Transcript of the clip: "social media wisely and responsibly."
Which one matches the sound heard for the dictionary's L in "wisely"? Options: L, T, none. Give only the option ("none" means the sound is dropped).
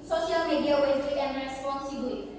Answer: none